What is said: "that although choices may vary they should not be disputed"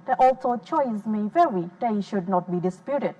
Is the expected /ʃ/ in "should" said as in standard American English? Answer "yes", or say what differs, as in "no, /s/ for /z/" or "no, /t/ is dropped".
yes